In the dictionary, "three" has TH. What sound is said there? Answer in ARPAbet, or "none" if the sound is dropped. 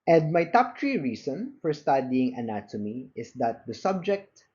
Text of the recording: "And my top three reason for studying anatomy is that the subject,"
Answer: T